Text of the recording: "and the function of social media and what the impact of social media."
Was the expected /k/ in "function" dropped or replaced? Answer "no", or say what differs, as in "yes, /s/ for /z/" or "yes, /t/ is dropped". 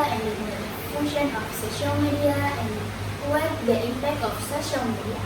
yes, /k/ is dropped